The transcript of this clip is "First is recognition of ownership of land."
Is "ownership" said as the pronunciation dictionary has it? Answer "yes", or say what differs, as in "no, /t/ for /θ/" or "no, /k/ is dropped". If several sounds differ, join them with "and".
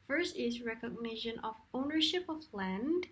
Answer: yes